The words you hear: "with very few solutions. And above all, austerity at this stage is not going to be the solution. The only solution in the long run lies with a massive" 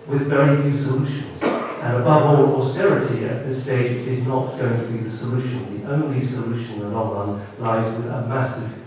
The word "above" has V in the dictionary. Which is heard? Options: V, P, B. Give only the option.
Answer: V